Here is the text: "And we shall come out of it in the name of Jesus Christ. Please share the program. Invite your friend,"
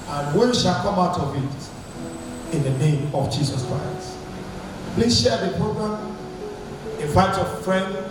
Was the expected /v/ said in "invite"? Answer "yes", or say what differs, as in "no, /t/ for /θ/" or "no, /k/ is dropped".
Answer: no, /f/ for /v/